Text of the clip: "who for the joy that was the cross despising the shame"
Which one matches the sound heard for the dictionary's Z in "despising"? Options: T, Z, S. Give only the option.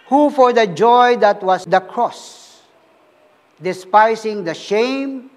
S